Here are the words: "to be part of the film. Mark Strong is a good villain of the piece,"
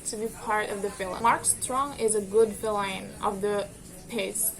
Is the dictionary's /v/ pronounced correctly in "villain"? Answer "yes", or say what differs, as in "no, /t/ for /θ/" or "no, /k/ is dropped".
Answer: no, /f/ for /v/